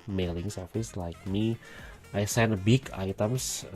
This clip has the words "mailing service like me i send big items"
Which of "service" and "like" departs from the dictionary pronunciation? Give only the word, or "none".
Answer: service